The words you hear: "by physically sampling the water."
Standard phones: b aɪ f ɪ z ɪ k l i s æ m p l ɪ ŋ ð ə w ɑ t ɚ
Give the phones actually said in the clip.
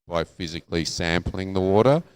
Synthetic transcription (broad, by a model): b aɪ f ɪ z ɪ k l i s æ m p l ɪ ŋ ð ə w ɑ t ɚ